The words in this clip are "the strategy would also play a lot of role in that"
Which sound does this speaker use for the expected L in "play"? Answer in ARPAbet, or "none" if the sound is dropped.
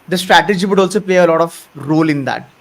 L